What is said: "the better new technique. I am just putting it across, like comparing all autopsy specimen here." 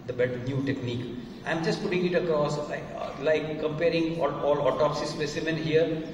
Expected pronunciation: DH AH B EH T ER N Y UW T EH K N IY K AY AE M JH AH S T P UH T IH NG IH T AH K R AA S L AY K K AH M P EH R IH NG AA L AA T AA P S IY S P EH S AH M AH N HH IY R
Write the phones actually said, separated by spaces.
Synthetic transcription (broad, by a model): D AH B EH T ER N Y UW T EH K N IY K AY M JH AH S T P UH T IH NG IH T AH K R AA S L AY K K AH M P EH R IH NG AA L AA T AA P S IY S P EH S AH M AH N HH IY R